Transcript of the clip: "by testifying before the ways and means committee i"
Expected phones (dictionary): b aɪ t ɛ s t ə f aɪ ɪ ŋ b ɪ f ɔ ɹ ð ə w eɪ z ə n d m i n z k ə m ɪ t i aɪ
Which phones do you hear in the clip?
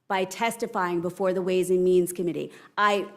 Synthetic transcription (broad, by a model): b aɪ t ɛ s t ə f aɪ ɪ ŋ b ɪ f ɔ ɹ ð ə w eɪ z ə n m i n z k ə m ɪ t i aɪ